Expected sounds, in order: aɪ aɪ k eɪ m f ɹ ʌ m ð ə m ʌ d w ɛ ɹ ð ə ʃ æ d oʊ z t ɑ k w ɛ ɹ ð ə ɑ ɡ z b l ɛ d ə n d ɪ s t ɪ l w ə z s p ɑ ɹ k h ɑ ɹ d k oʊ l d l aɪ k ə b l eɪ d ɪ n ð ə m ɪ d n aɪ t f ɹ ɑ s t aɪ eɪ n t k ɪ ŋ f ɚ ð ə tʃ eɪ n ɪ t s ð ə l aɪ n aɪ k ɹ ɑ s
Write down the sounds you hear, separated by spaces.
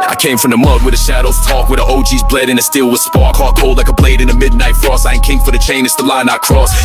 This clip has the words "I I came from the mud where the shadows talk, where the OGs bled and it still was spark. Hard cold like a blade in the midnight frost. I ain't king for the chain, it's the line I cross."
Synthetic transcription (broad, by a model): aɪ aɪ k eɪ m f ɹ ʌ m ð ə m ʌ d w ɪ ð ə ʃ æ d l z t ɑ k w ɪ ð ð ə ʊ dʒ z b l ɛ d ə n ɪ s t ɪ l w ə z s p ɑ ɹ k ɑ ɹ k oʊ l l aɪ k ə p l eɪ d ɪ n ð ə m ɪ d n aɪ t f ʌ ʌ s aɪ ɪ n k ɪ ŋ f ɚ ð ə tʃ eɪ n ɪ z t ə l aɪ n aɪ k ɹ ɑ s